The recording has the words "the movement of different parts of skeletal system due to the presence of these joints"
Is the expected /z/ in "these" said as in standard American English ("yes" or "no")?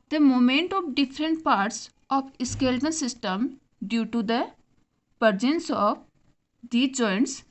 no